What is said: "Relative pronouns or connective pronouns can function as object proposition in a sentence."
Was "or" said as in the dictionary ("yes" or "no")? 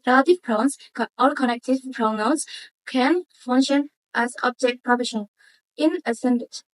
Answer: no